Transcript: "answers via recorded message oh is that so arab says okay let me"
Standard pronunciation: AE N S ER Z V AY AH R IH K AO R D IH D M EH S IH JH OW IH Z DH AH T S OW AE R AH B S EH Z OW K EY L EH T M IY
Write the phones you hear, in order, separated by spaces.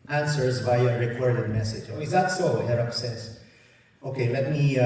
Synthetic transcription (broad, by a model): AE N S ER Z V AY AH R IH K AO R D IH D M EH S IH JH OW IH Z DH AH T S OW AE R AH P S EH S OW K EY L EH T M IY